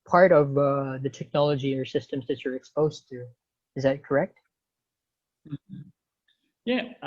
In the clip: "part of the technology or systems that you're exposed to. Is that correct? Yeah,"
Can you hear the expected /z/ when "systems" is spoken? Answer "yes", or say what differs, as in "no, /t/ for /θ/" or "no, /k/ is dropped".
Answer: yes